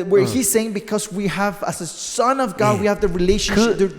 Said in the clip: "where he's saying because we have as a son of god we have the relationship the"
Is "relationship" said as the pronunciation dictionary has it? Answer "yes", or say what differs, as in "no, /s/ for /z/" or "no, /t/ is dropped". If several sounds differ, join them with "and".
no, /ʃ/ is dropped and /n/ is dropped